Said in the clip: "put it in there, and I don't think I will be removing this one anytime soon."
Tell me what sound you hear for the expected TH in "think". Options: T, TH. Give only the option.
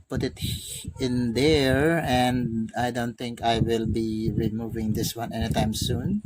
T